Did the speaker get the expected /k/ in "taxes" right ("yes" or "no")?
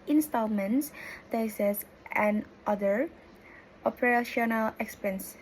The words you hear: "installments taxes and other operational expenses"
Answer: no